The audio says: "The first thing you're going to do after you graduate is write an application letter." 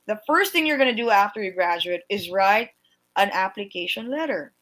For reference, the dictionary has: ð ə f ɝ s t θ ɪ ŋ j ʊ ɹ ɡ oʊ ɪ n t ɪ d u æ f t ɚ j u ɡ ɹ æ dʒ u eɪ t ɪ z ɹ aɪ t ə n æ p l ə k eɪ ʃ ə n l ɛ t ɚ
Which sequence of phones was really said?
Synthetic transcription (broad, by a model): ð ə f ɝ s t θ ɪ ŋ j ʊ ɹ ɡ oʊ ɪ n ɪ d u æ f t ɚ j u ɡ ɹ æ dʒ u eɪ t ɪ z ɹ aɪ t ə n æ p l ə k eɪ ʃ ə n l ɛ t ɚ